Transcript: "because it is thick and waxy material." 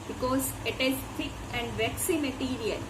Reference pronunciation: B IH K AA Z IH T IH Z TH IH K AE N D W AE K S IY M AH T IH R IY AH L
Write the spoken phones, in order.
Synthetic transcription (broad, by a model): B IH K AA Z IH T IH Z F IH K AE N D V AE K S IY M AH T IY R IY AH L